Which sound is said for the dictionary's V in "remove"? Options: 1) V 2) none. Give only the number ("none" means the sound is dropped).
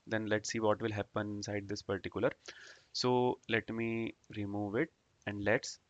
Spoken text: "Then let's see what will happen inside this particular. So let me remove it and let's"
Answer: 1